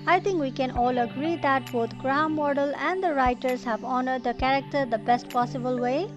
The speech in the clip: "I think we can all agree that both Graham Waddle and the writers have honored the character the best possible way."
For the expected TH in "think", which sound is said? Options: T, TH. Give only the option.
T